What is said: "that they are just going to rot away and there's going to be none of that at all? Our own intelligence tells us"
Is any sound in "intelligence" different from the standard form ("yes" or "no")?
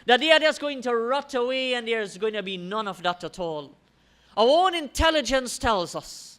no